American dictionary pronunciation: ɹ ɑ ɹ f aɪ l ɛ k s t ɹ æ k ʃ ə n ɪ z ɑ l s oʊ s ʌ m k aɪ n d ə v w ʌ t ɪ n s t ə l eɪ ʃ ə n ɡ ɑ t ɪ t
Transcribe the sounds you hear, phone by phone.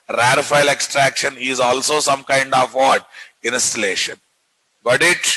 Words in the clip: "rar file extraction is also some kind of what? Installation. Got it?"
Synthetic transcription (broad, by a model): ɹ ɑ ɹ f aɪ l ɛ k s t ɹ æ k ʃ ə n ɪ z ɑ l s oʊ s ʌ m k aɪ n d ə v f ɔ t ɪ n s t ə l eɪ ʃ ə n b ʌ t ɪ t